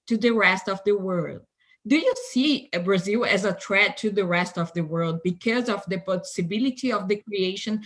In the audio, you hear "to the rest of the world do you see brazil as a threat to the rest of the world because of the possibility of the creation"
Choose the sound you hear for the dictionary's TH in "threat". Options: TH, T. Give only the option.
T